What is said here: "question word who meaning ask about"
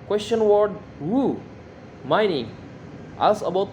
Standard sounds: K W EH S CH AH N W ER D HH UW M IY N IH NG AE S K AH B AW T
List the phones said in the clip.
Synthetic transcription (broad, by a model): K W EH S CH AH N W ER D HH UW M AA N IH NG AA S AH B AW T